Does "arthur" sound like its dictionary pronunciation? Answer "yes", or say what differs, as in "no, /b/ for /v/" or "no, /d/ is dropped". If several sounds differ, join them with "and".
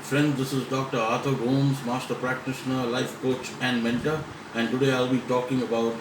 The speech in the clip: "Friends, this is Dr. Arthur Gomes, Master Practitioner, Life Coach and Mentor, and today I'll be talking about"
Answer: no, /t/ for /θ/